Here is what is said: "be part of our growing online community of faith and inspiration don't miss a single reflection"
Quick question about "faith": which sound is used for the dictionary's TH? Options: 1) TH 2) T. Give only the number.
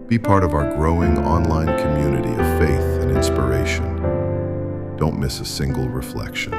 1